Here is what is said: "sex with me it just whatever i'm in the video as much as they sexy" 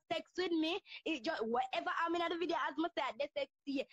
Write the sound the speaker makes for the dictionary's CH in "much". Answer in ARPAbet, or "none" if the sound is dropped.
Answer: S